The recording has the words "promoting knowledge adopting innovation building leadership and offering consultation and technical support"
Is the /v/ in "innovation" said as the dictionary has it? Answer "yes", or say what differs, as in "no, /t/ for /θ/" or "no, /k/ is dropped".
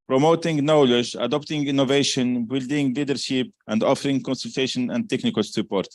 yes